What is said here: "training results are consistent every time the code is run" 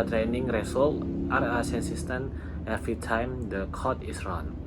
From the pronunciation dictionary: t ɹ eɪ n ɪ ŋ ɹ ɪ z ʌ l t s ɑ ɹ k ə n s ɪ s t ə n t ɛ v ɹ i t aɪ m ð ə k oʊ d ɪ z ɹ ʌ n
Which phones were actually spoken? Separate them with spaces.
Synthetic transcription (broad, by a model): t ɹ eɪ n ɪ ŋ ɹ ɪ s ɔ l t ɑ ɹ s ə n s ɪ s t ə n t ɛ f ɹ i t aɪ m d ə k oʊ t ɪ s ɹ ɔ n